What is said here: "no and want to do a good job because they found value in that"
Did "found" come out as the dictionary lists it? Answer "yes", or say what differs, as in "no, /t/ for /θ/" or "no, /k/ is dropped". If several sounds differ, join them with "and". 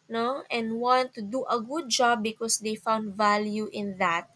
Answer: yes